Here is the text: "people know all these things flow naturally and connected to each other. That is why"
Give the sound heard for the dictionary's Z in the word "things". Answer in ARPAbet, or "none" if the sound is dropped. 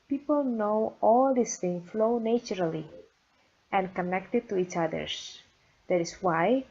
none